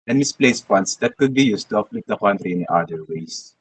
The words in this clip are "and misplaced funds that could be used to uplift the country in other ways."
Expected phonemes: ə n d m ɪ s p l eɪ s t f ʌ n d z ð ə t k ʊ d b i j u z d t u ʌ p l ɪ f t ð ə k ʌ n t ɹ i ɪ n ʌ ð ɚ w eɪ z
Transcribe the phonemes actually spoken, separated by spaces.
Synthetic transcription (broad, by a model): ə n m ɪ s p l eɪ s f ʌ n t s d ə t k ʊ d b i j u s t u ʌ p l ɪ t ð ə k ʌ n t ɹ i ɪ n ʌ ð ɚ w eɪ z